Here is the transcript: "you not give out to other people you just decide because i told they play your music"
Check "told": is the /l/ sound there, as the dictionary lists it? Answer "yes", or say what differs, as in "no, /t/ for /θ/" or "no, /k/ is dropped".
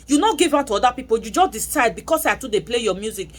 no, /l/ is dropped